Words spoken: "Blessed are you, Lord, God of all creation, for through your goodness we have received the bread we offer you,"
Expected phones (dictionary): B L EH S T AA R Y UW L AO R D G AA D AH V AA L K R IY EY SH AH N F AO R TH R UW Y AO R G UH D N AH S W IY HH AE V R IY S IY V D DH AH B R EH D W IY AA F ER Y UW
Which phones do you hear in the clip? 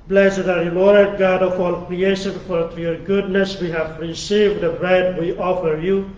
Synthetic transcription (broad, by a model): B L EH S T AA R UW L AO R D G AA D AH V AA L K R IY EY SH AH N F AO R T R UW Y AO R G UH D N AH S W IY HH AE V R IY S IY V D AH B R EH D W IY AA F ER Y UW